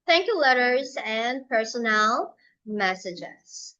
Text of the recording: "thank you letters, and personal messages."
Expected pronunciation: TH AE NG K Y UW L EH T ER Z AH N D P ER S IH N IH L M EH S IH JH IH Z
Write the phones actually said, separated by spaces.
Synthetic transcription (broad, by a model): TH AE NG K Y UW L EH T ER Z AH N P ER S IH N IH L M EH S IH JH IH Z